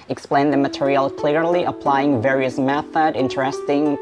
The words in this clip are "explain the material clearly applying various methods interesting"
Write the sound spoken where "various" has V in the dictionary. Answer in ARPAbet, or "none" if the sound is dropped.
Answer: V